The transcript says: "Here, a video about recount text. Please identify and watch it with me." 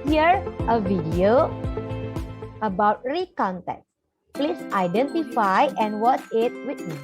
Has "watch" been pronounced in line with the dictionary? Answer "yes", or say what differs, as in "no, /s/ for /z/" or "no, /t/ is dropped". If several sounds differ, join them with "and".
no, /s/ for /tʃ/